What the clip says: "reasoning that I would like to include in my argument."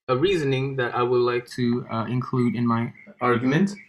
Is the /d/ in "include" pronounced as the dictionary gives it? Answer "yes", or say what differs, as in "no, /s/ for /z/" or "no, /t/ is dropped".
yes